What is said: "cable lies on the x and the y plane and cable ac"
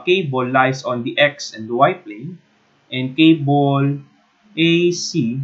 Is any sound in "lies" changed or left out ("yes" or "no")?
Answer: yes